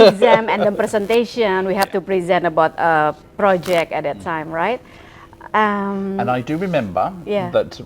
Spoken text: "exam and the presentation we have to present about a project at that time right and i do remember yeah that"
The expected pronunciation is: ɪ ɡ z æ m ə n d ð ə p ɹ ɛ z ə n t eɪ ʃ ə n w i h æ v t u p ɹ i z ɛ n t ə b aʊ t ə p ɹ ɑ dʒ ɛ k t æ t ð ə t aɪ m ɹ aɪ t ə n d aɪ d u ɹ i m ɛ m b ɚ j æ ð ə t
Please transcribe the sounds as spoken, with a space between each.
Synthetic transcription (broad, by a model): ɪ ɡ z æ m ə n d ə p ɹ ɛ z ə n t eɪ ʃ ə n w i h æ f t u p ɹ i z ɛ n t ə b aʊ t ə p ɹ ɑ dʒ ɛ k t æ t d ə t aɪ m ɹ aɪ t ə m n aɪ d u ɹ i m ɛ m b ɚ j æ ð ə t